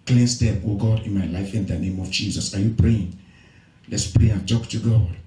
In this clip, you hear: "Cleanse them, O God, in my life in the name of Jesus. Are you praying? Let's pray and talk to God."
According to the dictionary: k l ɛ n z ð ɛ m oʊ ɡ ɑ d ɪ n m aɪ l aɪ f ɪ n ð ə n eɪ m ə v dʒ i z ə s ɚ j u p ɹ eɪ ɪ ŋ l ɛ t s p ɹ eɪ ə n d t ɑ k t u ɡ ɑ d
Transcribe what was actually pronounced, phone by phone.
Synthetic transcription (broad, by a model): k l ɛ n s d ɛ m oʊ ɡ ɑ d ɪ n m aɪ l aɪ f ɪ n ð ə n eɪ m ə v dʒ i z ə s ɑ j u p ɹ eɪ ɪ ŋ l ɛ t s p ɹ eɪ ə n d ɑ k t u ɡ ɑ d